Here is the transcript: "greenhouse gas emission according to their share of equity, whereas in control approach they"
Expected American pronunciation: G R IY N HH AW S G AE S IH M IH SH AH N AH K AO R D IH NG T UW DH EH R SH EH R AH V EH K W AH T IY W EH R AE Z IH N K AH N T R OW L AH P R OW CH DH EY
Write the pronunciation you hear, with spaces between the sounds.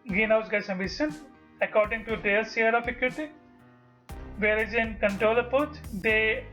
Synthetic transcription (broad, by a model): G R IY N HH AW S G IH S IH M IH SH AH N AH K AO R D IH NG T UW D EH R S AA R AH F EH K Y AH T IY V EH R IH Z IH N K AH N T R OW L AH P OW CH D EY